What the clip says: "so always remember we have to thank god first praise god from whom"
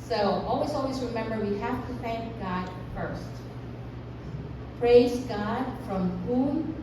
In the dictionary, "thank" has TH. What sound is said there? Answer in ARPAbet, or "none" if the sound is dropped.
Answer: TH